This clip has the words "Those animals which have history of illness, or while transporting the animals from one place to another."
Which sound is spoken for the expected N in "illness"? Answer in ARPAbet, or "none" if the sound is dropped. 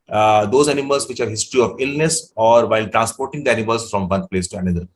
N